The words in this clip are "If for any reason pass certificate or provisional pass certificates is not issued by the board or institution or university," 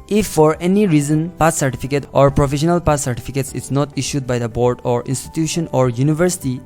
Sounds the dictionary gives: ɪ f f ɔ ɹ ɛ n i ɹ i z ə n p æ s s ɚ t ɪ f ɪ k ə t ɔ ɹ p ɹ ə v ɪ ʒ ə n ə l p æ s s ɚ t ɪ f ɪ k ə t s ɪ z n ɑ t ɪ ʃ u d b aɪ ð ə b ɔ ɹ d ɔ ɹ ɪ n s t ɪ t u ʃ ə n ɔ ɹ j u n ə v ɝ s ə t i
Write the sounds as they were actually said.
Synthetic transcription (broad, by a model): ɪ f f ɔ ɹ ɛ n i ɹ i z ə n p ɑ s s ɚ t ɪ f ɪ k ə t ɔ ɹ p ɹ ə f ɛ ʃ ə n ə l p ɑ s s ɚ t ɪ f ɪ k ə t s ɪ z n ɑ t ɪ ʃ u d b aɪ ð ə b ɔ ɹ d ɔ ɹ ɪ n s t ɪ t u ʃ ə n ɔ ɹ j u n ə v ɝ s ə t i